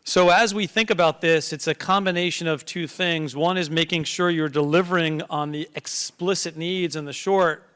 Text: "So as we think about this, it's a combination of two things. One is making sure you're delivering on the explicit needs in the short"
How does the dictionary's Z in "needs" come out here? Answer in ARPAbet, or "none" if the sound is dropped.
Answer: Z